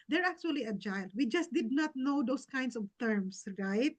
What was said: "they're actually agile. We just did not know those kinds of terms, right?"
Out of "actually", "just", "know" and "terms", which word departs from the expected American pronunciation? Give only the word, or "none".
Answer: terms